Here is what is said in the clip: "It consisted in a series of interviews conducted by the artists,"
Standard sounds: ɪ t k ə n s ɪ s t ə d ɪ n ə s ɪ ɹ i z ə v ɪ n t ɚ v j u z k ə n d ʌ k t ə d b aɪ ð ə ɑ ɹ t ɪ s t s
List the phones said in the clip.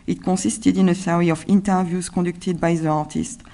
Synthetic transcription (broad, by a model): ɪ t k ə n s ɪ s t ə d ɪ n ə s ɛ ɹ i ə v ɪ n t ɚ v j u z k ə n d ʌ k t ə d b aɪ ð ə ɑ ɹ t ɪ s t